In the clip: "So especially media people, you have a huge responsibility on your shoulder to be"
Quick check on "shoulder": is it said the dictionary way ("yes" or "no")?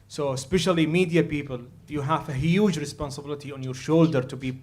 yes